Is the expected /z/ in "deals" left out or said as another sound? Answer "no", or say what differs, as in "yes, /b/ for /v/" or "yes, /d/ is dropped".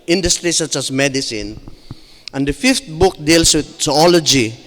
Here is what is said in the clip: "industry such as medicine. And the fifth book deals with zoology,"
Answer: yes, /s/ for /z/